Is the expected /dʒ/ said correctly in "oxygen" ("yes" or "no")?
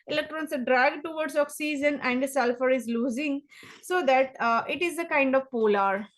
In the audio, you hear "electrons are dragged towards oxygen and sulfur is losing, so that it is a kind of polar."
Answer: no